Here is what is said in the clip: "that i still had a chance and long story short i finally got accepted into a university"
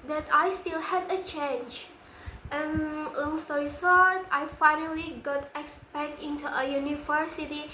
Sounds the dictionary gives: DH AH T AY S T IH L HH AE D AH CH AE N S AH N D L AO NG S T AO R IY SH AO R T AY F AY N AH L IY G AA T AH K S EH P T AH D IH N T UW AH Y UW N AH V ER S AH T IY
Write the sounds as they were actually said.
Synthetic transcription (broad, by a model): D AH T AY S T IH L HH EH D AH CH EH N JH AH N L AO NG S T AO R IY S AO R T AY F AY N AH L IY G AA T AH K S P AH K IH N T UW AH Y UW N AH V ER S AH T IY